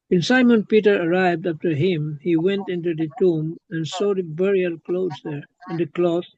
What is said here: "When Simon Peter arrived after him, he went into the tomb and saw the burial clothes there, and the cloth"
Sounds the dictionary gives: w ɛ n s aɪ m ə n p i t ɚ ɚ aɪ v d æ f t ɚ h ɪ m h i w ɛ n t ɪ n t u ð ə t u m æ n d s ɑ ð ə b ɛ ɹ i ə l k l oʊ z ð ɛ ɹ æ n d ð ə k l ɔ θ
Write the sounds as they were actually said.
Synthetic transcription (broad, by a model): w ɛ n s aɪ m ə n p i t ɚ ɚ aɪ v d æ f t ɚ h ɪ m h i w ɛ n t ɪ n t u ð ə t u m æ n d s ɑ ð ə b ɛ ɹ i ə l k l oʊ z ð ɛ ɹ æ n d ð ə k l ɔ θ